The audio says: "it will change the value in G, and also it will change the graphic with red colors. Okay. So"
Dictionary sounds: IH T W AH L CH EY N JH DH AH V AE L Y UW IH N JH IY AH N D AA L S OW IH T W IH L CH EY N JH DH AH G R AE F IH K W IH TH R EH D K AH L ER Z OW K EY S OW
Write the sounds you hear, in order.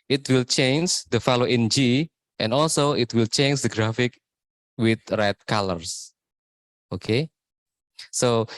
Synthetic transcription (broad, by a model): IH T W AH L CH EY N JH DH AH F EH L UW IH N JH IY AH N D AA L S OW IH T W IH L CH EY N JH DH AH G R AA F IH K W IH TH R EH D K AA L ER S OW K EY S OW